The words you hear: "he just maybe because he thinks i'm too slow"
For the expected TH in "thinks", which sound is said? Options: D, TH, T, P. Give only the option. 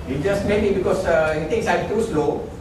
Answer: T